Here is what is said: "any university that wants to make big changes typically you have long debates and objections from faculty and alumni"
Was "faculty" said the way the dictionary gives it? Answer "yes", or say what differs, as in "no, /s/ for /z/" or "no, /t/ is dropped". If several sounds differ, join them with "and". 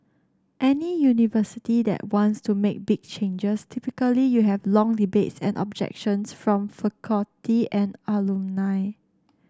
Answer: no, /l/ is dropped